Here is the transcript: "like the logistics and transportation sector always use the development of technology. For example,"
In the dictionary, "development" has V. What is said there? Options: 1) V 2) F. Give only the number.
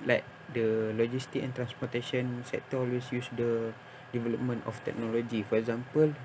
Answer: 1